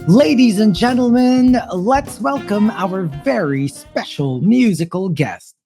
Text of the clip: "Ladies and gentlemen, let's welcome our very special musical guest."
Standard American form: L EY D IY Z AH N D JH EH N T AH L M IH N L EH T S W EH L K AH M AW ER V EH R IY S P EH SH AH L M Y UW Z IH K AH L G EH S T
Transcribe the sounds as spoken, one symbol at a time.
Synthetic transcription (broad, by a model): L EY D IY Z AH N JH EH N T L M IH N L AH T S W EH L K AH M AW ER V EH R IY S P EH SH L M Y UW Z IH K AH L G EH S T